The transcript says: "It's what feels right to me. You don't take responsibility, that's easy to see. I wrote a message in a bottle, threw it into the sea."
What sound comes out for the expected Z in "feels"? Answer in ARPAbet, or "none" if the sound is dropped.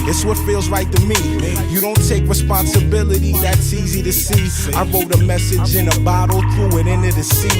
Z